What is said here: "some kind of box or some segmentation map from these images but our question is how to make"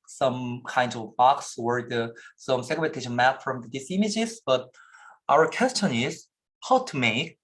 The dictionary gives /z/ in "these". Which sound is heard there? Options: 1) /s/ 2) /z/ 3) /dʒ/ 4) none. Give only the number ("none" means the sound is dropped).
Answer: 1